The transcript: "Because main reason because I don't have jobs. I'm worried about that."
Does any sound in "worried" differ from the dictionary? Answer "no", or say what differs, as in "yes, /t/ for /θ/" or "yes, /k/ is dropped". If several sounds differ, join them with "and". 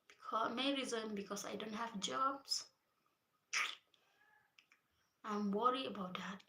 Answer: yes, /d/ is dropped